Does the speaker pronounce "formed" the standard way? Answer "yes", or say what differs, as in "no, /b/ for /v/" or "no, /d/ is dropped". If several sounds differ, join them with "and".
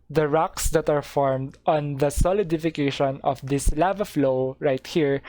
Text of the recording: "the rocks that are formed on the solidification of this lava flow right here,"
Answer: yes